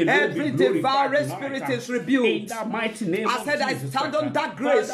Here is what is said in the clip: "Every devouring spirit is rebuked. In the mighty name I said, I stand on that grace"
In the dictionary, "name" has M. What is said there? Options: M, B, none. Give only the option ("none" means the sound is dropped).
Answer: none